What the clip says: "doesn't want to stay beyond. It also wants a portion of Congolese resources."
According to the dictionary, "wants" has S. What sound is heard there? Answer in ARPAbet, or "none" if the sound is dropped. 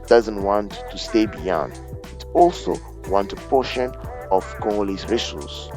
none